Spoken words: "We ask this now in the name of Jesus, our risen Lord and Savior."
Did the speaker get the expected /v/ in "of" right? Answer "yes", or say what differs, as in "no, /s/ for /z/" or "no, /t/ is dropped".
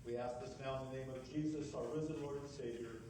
yes